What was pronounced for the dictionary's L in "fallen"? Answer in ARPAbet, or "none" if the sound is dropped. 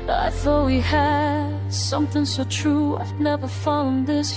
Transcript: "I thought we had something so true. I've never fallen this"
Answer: none